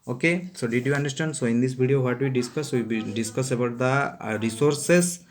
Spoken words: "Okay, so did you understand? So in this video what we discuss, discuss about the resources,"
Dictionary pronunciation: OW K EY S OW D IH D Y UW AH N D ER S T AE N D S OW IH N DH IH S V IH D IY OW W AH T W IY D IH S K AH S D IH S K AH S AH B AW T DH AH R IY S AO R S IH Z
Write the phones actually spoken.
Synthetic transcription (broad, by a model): OW K EY S OW D IH D Y UW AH N D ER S T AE N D S OW IH N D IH S B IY D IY OW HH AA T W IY D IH S K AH S D IH S K AH S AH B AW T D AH R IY S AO R S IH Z